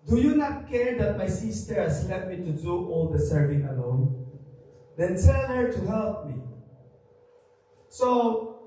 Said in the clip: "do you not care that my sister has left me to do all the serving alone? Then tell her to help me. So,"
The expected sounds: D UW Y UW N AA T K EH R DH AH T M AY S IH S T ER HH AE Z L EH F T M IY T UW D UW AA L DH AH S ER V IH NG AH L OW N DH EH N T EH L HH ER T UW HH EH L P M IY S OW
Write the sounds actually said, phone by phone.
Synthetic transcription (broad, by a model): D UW Y UW N AA T K EH R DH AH T M AY S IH S T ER HH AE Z L EH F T M IY T UW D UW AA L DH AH S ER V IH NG AH L OW N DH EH N S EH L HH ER T UW HH EH L P M IY S OW